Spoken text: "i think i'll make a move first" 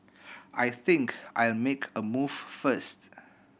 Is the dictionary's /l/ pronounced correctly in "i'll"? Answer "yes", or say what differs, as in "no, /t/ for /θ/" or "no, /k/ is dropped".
yes